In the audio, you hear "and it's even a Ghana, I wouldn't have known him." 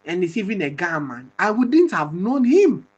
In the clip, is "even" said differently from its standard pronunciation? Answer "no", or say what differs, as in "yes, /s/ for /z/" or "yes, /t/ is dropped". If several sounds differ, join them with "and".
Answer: no